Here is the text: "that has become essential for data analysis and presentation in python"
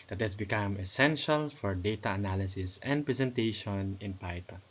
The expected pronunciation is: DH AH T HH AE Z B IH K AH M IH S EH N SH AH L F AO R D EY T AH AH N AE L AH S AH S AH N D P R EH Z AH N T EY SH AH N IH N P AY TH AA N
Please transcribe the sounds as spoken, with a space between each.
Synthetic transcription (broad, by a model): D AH T HH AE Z B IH K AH M IH S EH N SH AH L F AO R D EY T AH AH N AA L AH S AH S AH N D P R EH S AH N T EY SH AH N IH N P AY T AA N